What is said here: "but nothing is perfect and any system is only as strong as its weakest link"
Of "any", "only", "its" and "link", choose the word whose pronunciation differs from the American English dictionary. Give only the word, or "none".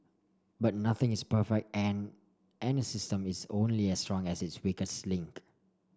none